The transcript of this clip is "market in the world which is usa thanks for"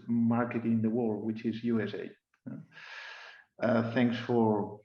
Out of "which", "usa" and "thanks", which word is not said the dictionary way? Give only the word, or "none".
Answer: none